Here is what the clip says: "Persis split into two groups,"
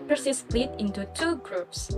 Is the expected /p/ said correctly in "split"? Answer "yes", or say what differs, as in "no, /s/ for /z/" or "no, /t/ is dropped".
no, /p/ is dropped